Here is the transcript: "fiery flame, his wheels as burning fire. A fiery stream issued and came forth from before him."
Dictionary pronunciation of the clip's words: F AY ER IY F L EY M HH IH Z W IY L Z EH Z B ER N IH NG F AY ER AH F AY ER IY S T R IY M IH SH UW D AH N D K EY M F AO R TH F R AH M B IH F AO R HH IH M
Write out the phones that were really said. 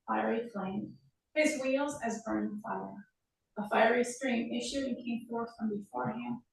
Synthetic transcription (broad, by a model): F AY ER IY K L EY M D IH Z W IY L Z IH Z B ER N F AY ER AH F AY ER IY S T R IY M IH SH UW D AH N K EY M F AO R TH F R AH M B IH F AO R HH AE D